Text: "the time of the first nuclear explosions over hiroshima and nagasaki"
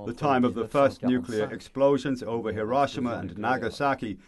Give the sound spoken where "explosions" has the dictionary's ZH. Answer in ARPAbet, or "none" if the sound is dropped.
ZH